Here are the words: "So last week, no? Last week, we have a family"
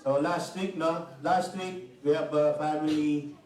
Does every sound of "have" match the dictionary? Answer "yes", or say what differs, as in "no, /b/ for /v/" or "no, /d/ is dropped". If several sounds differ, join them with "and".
no, /p/ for /v/